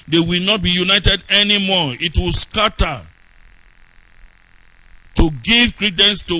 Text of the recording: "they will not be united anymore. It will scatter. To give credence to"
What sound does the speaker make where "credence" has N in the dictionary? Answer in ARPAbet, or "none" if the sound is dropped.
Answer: N